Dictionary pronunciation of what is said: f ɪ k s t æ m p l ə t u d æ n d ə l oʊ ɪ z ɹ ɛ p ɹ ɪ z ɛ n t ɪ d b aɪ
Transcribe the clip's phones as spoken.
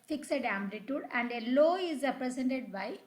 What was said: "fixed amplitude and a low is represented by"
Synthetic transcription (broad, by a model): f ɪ k s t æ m b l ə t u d æ n d ə l oʊ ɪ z ɹ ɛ p ɹ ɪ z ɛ n t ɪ d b aɪ